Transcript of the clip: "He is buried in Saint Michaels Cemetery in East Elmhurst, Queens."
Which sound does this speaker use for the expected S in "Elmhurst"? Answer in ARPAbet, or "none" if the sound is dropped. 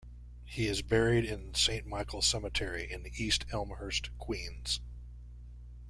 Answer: S